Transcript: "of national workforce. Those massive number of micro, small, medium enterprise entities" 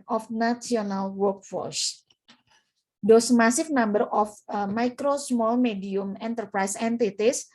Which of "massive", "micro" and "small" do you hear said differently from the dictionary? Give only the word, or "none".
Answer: massive